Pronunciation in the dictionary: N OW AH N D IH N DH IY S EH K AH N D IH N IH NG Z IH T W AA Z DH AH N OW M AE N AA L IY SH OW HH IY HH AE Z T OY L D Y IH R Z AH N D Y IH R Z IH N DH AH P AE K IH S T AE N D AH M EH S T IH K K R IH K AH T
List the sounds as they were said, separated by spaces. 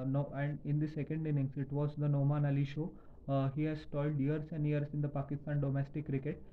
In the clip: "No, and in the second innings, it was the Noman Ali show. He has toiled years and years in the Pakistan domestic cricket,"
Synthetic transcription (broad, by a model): N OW AH N D IH N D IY S EH K AH N D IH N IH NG S IH T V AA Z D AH N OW M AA N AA L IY SH OW HH IY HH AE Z T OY L D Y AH R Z AH N D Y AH R S IH N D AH P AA K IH S T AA N D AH M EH S T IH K K R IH K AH T